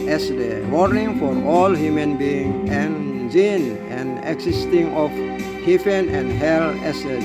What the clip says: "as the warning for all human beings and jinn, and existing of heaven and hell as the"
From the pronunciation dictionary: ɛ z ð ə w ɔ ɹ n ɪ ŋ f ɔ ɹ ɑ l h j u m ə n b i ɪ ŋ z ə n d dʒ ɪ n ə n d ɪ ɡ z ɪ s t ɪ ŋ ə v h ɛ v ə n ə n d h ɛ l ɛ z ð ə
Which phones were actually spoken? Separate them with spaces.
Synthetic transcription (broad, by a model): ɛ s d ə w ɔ ɹ n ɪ ŋ f ɔ ɹ ɑ l h j u m ə n b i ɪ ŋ ə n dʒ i n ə n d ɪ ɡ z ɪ s t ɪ ŋ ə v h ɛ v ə n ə n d h ɛ l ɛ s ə